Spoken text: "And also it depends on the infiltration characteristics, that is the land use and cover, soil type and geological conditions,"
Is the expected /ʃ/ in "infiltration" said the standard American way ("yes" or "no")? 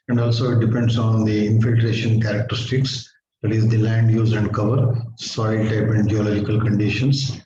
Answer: yes